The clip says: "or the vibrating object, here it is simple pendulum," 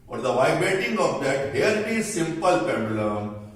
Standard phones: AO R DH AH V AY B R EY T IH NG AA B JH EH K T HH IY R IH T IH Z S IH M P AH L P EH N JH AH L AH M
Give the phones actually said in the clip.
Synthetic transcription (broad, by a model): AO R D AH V AY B R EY T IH NG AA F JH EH T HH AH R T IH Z S IH M P AH L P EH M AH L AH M